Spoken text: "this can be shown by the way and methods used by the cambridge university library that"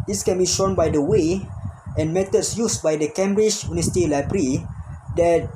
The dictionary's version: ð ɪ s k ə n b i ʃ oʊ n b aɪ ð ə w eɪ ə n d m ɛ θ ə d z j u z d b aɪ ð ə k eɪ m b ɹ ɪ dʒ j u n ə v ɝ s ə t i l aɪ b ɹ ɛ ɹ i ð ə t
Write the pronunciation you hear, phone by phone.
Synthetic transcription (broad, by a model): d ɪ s k ə n b i ʃ oʊ n b aɪ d ə w eɪ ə n m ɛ t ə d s j u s b aɪ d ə k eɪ m b ɹ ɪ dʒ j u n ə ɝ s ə t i l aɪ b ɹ ɹ i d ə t